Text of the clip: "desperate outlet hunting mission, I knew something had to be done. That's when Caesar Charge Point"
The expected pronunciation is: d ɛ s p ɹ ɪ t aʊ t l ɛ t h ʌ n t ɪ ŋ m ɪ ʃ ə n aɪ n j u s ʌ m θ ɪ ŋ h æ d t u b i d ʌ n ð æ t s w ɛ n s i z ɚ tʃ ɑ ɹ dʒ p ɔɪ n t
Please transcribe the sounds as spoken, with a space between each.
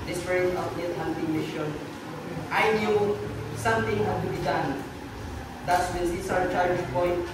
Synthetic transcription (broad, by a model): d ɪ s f ɹ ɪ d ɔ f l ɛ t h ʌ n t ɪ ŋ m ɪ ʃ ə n aɪ n j u s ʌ m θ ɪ ŋ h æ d t u b i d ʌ n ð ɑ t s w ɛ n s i s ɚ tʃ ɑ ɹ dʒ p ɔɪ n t